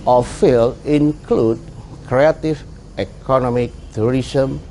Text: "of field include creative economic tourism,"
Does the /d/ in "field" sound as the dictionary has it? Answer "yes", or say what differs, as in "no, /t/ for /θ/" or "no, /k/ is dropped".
no, /d/ is dropped